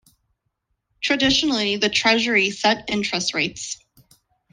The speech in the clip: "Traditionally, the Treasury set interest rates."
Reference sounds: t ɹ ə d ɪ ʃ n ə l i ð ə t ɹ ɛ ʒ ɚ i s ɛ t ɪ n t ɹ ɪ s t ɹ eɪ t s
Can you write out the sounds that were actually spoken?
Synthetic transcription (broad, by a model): t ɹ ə d ɪ ʃ n l i ð ə t ɹ ɛ ʒ ɚ i s ɛ t ɪ n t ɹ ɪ s t ɹ eɪ t s